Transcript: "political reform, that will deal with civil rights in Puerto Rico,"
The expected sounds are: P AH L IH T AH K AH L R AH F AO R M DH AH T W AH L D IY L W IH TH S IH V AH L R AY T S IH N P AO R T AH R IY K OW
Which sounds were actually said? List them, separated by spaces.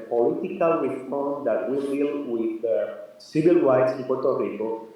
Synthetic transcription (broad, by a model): P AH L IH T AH K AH L W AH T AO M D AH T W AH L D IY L W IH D S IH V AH L W AY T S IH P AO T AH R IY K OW